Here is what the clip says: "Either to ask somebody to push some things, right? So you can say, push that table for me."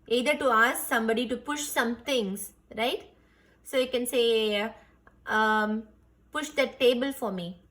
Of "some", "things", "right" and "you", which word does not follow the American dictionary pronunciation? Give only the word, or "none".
things